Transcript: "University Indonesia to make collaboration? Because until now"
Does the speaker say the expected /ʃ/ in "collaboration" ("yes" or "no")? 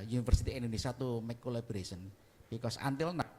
no